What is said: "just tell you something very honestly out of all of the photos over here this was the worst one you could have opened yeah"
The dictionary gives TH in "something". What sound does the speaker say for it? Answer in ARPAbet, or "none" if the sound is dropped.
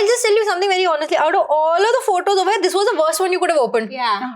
T